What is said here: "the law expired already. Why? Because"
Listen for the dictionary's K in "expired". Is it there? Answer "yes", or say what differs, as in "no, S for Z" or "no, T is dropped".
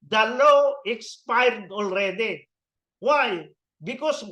yes